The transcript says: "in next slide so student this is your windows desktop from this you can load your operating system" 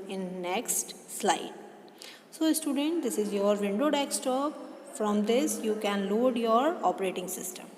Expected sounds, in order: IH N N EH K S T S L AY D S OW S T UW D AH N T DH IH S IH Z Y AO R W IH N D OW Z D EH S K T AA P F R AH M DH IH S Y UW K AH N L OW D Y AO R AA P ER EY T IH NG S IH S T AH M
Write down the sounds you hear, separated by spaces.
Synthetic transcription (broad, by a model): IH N N EH K S T S L AY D S OW S T UW D AH N T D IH S IH Z Y AO R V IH N D OW D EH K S T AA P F R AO M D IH S Y UW K AH N L OW D Y AO R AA P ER EY T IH NG S IH S T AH M